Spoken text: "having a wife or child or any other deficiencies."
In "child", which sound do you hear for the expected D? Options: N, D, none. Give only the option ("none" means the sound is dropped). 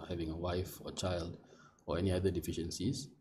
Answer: D